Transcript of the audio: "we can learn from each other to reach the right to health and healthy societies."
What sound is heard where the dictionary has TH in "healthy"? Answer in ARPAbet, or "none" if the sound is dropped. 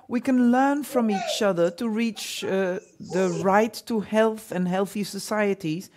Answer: TH